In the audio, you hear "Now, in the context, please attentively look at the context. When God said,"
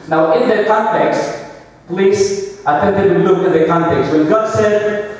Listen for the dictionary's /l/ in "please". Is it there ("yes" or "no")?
yes